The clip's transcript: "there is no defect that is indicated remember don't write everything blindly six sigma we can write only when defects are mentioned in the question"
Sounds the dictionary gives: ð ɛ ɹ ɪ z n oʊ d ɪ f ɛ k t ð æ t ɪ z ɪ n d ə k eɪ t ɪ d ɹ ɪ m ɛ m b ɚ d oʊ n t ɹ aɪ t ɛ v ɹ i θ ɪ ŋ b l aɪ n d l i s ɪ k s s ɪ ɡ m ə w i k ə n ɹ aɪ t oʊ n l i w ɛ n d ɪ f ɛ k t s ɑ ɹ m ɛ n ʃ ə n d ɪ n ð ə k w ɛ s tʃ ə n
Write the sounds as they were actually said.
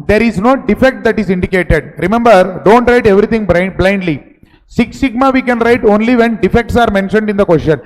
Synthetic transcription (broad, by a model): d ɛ ɹ ɪ z n oʊ d ɪ f ɛ k t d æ t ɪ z ɪ n d ə k eɪ t ɪ d ɹ ɪ m ɛ m b ɚ d oʊ n t ɹ aɪ t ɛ v ɹ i t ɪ ŋ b l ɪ n d l i s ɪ k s s ɪ ɡ m ə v i k ə n ɹ aɪ t oʊ n l i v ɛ n d ɪ f ɛ k t s ɑ ɹ m ɛ n ʃ ə n d ɪ n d ə k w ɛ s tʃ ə n